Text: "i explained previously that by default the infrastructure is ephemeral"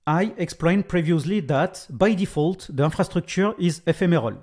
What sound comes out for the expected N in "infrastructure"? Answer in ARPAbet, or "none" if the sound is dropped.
none